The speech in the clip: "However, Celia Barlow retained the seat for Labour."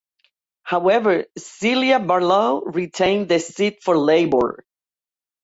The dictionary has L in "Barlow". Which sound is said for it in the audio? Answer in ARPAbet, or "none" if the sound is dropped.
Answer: L